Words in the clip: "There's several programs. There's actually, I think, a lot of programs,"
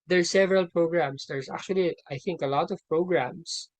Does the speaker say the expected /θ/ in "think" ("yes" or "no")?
yes